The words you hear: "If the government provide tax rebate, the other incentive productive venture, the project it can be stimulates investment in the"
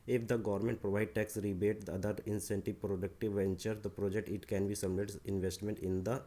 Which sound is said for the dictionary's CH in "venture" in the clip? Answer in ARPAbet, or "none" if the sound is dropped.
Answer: CH